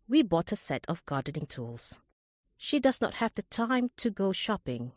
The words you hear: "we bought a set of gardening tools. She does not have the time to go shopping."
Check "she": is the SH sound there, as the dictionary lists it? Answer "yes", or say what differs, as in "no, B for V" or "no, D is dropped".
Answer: yes